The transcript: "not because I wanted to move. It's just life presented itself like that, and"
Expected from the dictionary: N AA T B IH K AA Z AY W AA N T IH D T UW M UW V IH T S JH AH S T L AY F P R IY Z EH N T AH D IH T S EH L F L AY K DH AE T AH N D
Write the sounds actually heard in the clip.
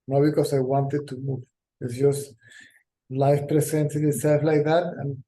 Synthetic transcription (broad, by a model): N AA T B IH K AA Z AY W AA N T IH D T UW M UW V IH T S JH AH S T L AY F P R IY S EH N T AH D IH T S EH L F L AY K DH AE T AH N